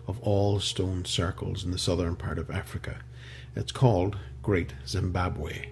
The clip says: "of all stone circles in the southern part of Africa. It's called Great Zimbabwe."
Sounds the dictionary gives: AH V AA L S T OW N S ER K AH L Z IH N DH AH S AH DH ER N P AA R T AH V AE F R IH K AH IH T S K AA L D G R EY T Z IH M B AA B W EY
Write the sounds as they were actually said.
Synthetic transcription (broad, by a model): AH V AA L S T OW N S ER K AH L Z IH N DH AH S AH DH ER N P AA R T AH V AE F R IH K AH IH T S K AA L D G R EY T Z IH M B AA B W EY